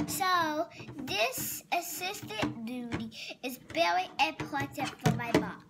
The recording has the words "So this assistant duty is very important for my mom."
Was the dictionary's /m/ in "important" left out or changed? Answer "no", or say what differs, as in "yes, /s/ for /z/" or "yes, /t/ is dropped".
yes, /m/ is dropped